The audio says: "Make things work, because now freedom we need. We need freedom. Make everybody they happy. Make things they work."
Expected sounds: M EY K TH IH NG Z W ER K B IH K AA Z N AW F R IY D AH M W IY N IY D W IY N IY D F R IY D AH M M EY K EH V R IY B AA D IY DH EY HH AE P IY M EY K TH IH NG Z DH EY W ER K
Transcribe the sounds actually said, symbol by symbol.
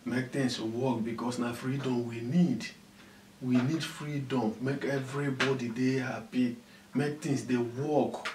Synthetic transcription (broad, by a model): M EY K T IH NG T W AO K B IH K AA S N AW F R IY D AH M W IY N IY D W IY N IY D F R IY D AH M M EY K EH V R IY B AA D IY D EY HH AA P IY M EY K T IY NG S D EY W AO K